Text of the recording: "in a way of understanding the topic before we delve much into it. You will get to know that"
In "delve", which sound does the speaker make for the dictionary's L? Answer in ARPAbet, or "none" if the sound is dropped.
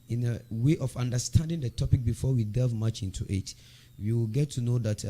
none